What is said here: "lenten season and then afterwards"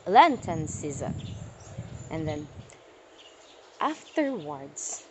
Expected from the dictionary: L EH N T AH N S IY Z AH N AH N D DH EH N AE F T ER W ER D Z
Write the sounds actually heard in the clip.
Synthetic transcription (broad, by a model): L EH N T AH N S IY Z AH AH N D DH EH N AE F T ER W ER D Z